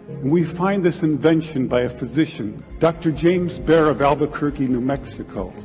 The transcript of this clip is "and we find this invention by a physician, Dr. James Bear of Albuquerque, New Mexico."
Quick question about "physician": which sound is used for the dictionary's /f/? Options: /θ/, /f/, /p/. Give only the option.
/f/